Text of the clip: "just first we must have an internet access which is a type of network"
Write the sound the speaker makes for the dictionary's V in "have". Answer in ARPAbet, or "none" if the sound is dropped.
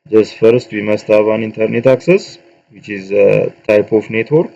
B